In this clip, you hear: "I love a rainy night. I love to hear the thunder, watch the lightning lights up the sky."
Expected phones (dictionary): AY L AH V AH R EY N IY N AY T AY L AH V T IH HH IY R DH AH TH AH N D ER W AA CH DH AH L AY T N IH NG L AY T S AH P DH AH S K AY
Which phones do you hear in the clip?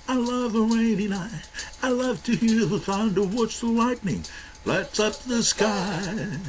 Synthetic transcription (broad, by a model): AY L AH V AH R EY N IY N AY AY L AH V T IH HH IY R DH AH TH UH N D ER W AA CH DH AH L AY T N IH NG L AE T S AH P DH AH S K AY